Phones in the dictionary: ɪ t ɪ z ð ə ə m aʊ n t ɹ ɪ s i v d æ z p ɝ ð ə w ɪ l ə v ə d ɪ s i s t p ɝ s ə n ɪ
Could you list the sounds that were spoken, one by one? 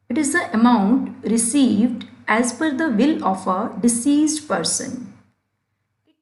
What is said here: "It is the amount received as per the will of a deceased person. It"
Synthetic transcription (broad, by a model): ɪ t ɪ z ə ə m aʊ n t ɹ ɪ s i v d æ z f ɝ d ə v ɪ l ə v ə d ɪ s i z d p ɝ s ə n